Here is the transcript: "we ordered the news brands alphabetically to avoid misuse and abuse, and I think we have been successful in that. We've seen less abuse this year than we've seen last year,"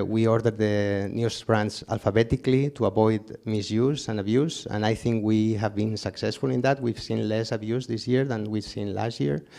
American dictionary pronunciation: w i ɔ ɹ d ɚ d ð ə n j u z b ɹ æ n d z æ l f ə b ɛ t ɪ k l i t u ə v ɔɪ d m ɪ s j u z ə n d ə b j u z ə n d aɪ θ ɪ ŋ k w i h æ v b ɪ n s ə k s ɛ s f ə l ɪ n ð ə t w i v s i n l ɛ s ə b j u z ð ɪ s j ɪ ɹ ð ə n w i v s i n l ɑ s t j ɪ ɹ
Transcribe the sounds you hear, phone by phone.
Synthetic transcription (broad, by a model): w i ɔ ɹ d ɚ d ð ə n j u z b ɹ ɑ n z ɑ l f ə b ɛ t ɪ k l i t u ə b ɔɪ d m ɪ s j u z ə n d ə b j u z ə n aɪ θ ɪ ŋ k w i h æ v b ɪ n s ə k s ɛ s f ə l ɪ n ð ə t w i v s i n l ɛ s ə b j u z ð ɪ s j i ɹ ð ə n w i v s i n l ɑ s t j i ɹ